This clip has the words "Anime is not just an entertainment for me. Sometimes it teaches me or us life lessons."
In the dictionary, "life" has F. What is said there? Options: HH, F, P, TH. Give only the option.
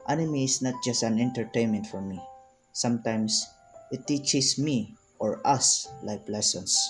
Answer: P